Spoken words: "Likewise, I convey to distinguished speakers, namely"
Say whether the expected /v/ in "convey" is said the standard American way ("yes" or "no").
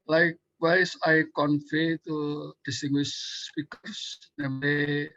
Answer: no